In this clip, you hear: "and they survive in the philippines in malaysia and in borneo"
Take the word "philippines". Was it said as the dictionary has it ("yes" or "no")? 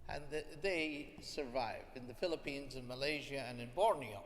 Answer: yes